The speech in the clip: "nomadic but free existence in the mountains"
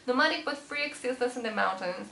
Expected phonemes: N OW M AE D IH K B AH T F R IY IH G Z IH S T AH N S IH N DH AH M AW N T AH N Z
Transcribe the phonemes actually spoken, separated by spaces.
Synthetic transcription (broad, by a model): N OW M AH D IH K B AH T F R IY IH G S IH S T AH S IH N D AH M AW N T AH N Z